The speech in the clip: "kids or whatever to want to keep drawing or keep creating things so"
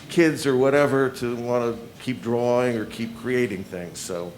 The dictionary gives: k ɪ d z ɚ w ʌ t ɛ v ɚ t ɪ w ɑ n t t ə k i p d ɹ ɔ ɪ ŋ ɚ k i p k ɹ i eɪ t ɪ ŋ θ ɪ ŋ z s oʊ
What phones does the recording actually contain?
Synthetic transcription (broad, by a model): k ɪ d z ɚ w ʌ t ɛ v ɚ t ɪ w ɑ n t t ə k i p d ɹ ɔ ɪ ŋ ɚ k i p k ɹ i eɪ t ɪ ŋ θ ɪ ŋ z s oʊ